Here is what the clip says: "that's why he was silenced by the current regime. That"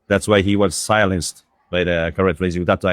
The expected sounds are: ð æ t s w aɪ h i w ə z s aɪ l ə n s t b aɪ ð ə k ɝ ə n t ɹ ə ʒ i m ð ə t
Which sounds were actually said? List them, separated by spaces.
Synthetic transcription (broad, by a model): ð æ t s w aɪ h i w ə z s aɪ l ə n s t b aɪ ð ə k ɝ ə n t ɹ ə z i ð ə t